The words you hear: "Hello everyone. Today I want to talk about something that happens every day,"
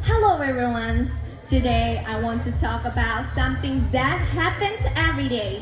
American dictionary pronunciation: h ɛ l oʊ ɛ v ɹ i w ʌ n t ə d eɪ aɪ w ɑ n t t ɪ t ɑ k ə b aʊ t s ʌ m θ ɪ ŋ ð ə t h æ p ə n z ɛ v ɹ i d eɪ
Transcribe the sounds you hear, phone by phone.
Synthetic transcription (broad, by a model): h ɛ l oʊ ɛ ɹ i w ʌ n t ə d eɪ aɪ w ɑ n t t ɪ t ɑ k ə b aʊ t s ʌ m θ ɪ ŋ ð ə t h æ p ə n z ɛ v ɹ i d eɪ